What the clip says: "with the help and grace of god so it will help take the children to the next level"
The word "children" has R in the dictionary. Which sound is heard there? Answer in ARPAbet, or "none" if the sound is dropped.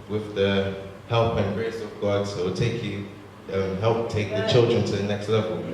R